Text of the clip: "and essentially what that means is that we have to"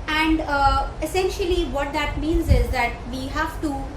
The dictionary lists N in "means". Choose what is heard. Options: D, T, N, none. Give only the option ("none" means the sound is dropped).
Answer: N